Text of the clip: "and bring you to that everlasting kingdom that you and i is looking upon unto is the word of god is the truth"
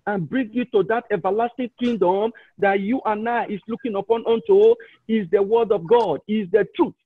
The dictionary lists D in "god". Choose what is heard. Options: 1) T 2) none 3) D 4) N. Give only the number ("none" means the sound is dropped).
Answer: 3